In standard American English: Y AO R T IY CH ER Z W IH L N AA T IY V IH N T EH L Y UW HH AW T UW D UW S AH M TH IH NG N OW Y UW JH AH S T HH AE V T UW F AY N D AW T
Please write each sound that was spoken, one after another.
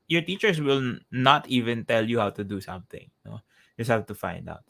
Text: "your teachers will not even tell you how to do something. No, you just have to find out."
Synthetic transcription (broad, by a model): Y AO R T IY CH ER S W IH L N AA T IY V IH N T EH L Y UW HH AW T UW D UW S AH M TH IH NG N OW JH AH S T HH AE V T UW F AY N D AW T